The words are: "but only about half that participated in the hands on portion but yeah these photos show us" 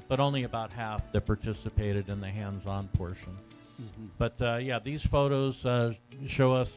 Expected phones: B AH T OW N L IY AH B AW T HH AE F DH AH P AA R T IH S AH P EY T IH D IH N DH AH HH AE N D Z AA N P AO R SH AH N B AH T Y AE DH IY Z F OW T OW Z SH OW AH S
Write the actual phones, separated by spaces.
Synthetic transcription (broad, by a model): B AH T OW N L IY AH B AW T HH AE F DH AH P AA R T IH S AH P EY T IH D IH N DH AH HH AE N D Z AA N P AO R SH AH N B AH T Y AE DH IY Z F OW T OW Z SH OW AH S